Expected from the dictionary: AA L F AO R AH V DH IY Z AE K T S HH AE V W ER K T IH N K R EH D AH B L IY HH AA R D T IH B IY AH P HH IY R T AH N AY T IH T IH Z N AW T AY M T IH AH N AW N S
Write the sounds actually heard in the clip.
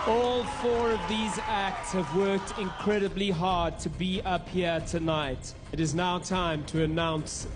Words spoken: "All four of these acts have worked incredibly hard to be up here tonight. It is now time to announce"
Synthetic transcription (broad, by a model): AA L F AO R AH V DH IY Z AE K T S HH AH V W ER K T IH N K R EH D AH B L IY HH AA R D T IH B IY AH P HH IY R T AH N AY T IH T IH Z N AW T AY M T IH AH N AW N S